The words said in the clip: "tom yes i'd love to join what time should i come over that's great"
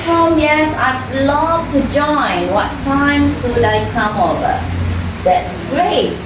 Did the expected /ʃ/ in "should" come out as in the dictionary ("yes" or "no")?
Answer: no